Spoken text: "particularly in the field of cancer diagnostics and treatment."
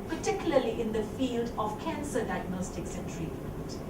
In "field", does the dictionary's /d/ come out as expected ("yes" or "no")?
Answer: yes